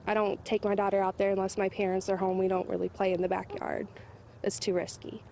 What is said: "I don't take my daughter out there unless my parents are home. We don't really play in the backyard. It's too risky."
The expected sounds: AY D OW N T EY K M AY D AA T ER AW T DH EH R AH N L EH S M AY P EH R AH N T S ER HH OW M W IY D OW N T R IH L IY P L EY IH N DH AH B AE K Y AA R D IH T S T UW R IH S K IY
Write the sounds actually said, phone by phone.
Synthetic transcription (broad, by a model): AY D OW N T EY K M AY D AA T ER AW T DH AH R AH N L EH S M AY P EH R AH N T S ER HH OW M W IY D OW N T R IH L IY P L EY IH N DH AH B AE K Y AA R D IH T S T UW R IH S K IY